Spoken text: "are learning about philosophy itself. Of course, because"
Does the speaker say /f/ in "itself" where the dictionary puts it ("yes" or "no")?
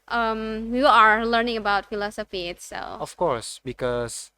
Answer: no